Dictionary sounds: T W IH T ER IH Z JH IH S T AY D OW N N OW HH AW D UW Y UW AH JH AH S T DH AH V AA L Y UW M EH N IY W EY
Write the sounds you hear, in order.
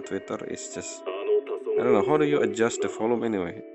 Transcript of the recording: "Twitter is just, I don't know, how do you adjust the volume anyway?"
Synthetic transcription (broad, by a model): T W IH T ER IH S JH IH S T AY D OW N N OW HH AW D UW Y UW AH JH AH S T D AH F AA L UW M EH N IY W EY